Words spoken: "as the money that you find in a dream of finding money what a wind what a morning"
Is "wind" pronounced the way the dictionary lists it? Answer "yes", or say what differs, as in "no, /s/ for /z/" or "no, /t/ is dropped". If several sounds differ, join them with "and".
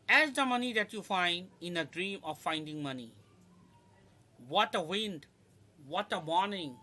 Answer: yes